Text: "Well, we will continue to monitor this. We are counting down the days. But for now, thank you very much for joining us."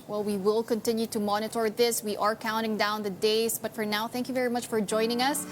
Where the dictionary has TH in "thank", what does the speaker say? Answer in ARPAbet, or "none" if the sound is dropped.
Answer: TH